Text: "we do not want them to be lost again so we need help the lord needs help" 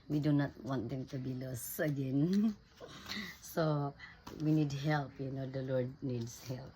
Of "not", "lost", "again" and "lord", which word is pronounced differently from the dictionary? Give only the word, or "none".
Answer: lost